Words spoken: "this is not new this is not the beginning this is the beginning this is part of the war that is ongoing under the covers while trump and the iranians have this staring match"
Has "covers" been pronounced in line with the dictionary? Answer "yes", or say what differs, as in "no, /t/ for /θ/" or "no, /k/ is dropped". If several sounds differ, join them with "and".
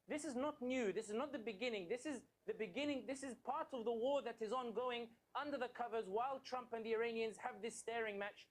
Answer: yes